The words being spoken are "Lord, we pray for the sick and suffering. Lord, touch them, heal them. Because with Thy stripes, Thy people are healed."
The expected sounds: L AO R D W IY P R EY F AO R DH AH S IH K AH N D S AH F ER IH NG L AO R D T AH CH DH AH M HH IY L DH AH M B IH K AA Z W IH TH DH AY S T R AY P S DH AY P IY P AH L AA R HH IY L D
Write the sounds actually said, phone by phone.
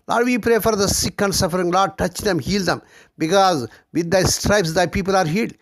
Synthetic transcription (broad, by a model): L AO D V IY P R EY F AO R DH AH S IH K AH N D S AH F ER IH NG L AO D T AH CH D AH M HH IY L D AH M B IH K AA Z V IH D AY S T R AY P S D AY P IY P AH L AA R HH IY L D